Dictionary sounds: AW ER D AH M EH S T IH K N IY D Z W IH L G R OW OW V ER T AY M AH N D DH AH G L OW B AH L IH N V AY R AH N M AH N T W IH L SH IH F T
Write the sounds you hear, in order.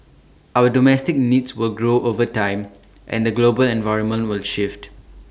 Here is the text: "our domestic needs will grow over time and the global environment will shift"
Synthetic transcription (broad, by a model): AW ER D AH M EH S T IH K N IY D S W IH L G R OW OW V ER T AY M AH N D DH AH G L OW B AH L IH N V AY R AH N M AH N T W IH L SH IH F T